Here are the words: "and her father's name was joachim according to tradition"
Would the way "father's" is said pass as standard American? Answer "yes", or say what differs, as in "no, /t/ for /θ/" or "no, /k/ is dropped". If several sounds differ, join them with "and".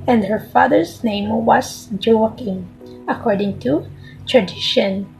no, /s/ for /z/